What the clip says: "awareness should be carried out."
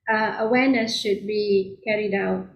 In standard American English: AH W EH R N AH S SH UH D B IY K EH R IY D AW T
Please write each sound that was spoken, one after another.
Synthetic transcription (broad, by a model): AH W EH N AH S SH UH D B IY K EH R IY D AW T